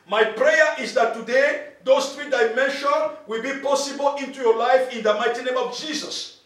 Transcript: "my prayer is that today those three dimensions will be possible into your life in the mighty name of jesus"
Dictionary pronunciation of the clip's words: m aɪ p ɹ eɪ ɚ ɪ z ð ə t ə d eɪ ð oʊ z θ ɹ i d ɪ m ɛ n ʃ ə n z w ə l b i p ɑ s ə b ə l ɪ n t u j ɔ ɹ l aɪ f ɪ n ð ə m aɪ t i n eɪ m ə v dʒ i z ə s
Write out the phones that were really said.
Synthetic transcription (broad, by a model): m aɪ p ɹ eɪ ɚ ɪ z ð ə t ə d eɪ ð oʊ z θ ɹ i d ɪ m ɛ n ʃ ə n w ə l b i p ɑ s ə b ə l ɪ n t u j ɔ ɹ l aɪ f ɪ n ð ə m aɪ t i n eɪ m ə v dʒ i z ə s